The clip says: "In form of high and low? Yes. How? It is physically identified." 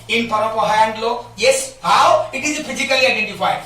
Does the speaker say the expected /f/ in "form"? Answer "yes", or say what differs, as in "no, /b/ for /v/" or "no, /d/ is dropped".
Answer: no, /p/ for /f/